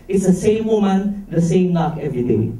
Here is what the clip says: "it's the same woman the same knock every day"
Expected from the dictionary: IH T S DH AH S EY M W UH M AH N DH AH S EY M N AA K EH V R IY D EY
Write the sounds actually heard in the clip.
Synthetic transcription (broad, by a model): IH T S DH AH S EY M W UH M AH N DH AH S EY M L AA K EH V R IY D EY